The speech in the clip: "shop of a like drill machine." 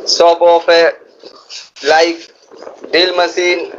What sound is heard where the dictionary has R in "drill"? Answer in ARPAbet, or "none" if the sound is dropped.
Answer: none